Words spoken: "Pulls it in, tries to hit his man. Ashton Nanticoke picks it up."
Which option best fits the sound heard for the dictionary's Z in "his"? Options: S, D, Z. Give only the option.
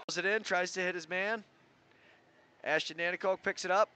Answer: Z